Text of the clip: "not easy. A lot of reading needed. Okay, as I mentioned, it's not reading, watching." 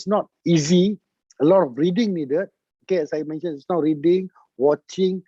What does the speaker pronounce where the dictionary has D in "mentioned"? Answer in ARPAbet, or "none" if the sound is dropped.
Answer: none